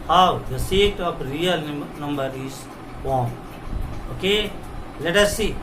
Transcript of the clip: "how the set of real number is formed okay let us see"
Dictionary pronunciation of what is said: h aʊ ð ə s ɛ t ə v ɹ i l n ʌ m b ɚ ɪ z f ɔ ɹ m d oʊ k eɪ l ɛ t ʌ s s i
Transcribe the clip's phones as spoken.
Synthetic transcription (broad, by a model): h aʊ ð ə s ɛ t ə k ɹ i l n ʌ m b ɚ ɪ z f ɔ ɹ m oʊ k eɪ l ɛ t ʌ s s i